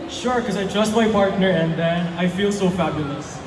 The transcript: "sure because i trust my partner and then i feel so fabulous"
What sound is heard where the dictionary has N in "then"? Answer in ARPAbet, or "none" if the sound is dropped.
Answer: N